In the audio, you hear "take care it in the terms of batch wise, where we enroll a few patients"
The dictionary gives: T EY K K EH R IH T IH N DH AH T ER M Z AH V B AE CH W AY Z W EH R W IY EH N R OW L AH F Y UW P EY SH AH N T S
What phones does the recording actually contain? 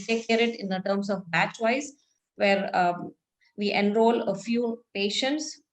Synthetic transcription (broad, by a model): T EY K K EH R IH T IH N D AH T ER M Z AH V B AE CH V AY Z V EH R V IY EH N R OW L AH F Y UW P EY SH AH N T S